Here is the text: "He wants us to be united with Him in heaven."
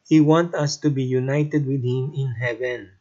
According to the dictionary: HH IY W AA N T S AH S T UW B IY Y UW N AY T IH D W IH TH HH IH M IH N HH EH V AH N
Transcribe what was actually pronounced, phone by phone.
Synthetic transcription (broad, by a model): HH IY W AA N T AH S T UW B IY Y UW N AY T IH D W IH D HH IH M IH N HH EH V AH N